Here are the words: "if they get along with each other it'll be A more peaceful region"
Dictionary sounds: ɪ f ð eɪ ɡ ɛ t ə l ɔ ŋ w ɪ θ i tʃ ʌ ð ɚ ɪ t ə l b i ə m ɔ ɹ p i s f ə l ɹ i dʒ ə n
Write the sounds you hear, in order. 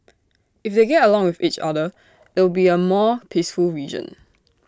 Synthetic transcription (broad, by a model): ɪ f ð eɪ ɡ ɛ t ə l ɔ ŋ w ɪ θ i tʃ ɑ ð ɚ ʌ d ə w b i ə m ɔ p i s f ə l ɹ i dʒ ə n